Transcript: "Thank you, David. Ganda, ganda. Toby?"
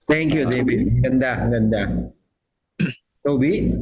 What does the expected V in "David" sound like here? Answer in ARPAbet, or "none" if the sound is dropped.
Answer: B